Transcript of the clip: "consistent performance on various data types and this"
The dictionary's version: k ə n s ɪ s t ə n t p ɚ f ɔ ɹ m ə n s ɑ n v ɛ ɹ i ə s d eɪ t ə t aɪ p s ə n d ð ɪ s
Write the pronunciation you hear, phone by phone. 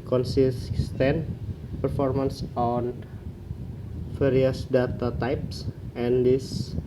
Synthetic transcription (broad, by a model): k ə n s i s t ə n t p ɚ f ɔ ɹ m ə n s ɑ n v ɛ ɹ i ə s d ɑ t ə t aɪ p s ə n d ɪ s